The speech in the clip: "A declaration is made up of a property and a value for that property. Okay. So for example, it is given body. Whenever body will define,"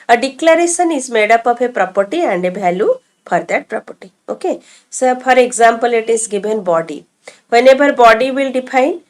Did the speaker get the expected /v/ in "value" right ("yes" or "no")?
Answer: no